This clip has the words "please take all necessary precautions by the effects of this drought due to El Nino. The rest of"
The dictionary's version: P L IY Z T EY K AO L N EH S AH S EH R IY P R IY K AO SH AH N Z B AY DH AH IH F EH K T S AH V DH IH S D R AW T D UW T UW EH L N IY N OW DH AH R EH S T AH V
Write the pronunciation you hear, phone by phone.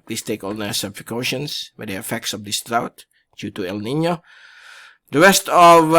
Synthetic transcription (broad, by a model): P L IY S T EY K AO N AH S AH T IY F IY K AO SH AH N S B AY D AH IH F EH K T S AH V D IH S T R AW T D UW T UW EH L N IY N OW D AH R EH S T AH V